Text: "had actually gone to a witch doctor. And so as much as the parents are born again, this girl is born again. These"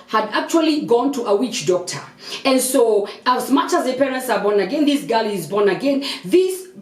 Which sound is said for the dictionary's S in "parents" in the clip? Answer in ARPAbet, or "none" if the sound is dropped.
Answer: S